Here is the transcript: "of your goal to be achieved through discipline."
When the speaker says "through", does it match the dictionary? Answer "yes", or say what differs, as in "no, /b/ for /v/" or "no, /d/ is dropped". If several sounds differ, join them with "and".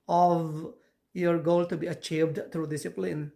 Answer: no, /t/ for /θ/